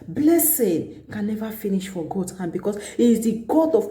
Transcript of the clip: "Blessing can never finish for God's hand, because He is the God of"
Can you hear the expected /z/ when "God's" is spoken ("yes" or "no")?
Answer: no